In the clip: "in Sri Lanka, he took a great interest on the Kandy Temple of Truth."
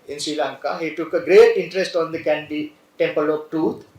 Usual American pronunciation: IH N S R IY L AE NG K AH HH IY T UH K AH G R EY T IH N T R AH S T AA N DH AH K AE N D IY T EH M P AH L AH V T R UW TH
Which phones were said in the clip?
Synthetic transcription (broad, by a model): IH N S R IY L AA NG K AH HH IY T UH K AH G R EY T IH N T R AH S T AA N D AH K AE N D IY T EH M P AH L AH B T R UW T